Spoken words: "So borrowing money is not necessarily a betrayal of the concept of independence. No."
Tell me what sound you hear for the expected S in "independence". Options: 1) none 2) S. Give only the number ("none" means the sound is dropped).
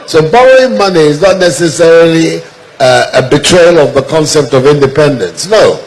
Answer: 2